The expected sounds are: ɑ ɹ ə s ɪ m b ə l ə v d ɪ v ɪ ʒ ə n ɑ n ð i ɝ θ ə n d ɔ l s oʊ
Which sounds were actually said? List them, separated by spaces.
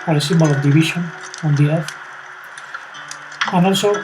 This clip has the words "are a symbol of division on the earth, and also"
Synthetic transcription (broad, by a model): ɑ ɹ ə s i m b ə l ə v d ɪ b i ʃ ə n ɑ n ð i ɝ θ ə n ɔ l s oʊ